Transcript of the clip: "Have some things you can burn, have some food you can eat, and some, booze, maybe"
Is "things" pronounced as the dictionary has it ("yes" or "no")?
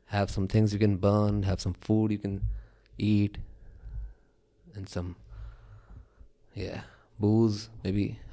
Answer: yes